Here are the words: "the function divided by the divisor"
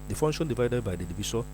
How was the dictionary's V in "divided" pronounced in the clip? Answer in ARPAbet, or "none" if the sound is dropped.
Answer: V